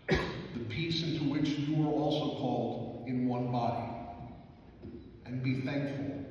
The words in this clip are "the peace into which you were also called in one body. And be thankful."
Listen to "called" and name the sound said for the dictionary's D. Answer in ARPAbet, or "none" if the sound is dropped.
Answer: D